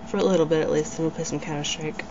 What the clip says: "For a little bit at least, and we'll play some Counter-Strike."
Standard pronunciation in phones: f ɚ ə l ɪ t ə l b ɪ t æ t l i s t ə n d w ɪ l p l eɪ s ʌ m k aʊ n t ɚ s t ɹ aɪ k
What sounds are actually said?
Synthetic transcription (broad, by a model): f ɚ ə l ɪ t l b ɪ t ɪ t l i s t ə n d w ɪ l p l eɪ s ʌ m k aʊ t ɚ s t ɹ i k